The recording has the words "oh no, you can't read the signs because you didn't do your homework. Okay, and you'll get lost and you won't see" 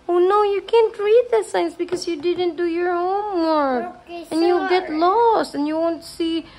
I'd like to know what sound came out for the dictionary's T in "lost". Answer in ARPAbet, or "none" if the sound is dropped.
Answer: T